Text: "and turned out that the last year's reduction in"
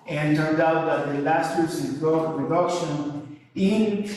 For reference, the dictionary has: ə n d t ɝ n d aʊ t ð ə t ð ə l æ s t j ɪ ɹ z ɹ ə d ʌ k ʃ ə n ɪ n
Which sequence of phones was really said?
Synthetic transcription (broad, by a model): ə n t ɝ n d aʊ t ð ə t ð ə l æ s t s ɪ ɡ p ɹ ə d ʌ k ʃ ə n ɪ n